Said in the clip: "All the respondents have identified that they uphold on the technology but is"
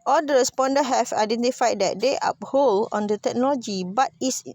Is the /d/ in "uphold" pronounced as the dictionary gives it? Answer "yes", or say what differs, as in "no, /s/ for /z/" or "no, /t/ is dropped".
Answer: no, /d/ is dropped